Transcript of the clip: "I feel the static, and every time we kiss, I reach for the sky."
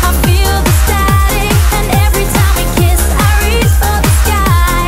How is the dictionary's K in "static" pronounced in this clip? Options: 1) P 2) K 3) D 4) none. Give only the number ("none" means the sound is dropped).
4